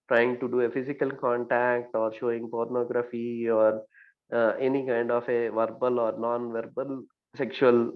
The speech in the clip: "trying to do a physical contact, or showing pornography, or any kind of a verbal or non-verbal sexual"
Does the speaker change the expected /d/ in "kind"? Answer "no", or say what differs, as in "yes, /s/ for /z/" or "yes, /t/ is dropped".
no